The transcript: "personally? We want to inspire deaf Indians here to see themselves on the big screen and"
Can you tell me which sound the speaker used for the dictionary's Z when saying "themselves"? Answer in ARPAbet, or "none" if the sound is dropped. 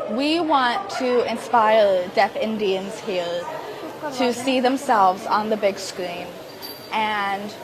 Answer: Z